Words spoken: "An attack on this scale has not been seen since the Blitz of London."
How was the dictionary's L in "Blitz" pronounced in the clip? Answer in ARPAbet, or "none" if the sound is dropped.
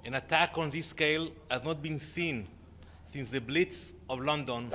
L